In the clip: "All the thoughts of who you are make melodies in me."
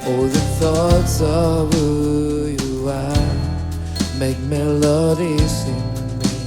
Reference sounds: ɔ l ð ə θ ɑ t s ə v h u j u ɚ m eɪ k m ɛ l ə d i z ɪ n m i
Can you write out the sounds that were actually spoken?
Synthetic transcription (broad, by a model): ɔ ð ə θ ɑ t s ə v h u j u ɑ m eɪ k m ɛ l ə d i s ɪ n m